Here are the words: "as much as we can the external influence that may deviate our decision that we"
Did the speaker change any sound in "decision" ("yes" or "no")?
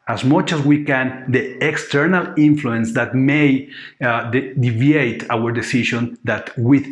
yes